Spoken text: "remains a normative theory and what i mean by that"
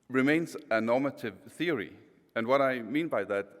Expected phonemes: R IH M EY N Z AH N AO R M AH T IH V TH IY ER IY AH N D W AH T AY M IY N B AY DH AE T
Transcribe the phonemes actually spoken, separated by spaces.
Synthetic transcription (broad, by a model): R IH M EY N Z AH N AO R M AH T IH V TH IY ER IY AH N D W AH T AY M IY N B AY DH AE T